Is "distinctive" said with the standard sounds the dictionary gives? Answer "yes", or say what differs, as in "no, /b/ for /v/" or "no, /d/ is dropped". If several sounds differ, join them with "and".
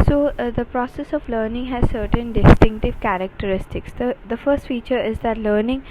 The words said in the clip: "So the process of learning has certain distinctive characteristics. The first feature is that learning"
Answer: yes